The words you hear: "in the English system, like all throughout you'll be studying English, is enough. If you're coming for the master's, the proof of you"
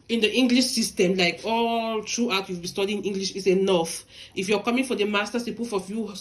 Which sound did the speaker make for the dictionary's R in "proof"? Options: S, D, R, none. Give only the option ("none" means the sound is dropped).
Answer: none